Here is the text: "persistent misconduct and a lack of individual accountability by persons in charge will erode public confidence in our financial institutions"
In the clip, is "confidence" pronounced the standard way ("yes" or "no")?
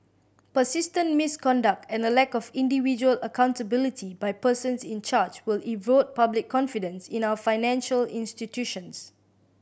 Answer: yes